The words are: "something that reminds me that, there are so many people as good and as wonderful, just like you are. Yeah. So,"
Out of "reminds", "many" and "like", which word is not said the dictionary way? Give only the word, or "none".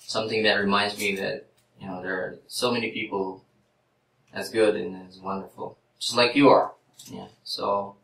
none